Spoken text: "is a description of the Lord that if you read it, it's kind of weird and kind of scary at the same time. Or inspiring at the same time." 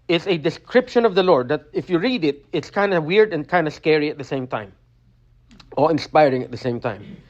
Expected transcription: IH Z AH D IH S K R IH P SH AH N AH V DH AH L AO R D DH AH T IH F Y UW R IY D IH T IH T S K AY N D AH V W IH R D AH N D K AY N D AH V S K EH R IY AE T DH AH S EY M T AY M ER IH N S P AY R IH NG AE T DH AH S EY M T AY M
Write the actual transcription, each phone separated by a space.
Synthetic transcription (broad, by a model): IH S AH D IH S K R IH P SH AH N AH V DH AH L AO R D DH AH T IH F Y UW R IY D IH T IH T S K AY N D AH W IH R D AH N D K AY N D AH S K EH R IY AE T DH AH S EY M T AY M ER IH N S P AY R IH NG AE T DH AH S EY M T AY M